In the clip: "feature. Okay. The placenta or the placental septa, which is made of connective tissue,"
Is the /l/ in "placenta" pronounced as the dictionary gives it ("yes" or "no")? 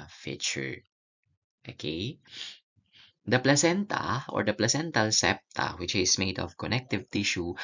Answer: yes